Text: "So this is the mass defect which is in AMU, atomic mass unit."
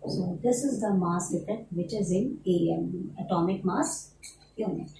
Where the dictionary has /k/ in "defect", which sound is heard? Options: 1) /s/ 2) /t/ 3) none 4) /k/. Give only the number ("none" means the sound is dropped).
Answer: 3